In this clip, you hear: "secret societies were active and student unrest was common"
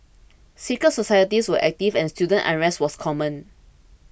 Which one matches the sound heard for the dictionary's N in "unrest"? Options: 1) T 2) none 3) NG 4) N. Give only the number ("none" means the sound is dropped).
2